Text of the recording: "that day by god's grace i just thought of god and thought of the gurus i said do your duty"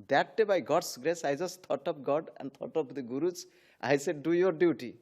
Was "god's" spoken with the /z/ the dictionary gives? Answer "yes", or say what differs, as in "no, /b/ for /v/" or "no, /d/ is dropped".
no, /s/ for /z/